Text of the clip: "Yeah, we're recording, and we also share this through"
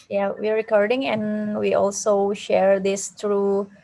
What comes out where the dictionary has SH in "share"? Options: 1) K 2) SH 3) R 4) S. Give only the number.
2